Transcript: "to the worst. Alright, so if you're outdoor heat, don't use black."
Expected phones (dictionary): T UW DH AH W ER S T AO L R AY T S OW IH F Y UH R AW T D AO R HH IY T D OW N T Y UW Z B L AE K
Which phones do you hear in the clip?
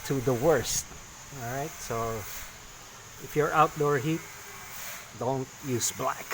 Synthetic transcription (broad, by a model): T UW DH AH W ER S T AO L R AY T S OW IH F Y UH R AW T D AO R HH IY T D OW N T Y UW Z B L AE K